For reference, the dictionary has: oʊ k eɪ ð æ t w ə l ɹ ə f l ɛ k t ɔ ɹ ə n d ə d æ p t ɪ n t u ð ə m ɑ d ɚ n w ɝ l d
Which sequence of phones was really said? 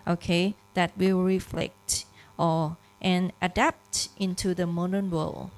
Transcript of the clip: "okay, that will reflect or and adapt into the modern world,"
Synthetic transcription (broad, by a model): oʊ k eɪ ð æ t w ə l ɹ ə f l ɛ k t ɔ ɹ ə n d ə d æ p t ɪ n t u ð ə m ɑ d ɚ n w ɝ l